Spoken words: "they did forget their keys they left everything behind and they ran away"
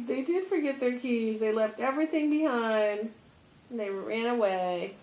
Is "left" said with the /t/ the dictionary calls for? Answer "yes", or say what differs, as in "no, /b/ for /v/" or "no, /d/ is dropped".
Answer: yes